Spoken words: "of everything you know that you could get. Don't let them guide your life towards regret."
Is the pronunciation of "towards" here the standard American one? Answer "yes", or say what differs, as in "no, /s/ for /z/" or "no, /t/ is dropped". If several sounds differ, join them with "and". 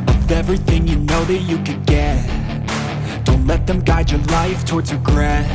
yes